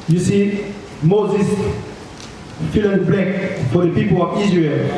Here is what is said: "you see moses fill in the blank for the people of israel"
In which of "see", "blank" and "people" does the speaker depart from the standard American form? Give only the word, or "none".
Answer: blank